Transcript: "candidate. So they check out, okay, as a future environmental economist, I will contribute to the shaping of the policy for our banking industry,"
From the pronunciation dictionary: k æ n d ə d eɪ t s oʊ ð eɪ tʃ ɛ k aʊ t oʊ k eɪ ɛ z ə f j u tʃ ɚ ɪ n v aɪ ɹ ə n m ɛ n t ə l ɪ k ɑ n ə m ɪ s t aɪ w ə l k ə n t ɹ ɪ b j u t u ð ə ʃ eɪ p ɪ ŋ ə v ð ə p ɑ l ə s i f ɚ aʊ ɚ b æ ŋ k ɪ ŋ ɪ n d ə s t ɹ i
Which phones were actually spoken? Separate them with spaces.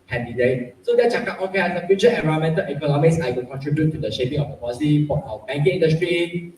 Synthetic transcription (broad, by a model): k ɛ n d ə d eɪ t s oʊ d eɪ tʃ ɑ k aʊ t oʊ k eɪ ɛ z ə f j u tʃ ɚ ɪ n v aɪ ə m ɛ n t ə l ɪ k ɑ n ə m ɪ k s aɪ w ə l k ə n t ɹ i b j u t u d ə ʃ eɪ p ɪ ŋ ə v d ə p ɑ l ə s i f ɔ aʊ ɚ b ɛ ŋ k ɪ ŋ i n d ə s t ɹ i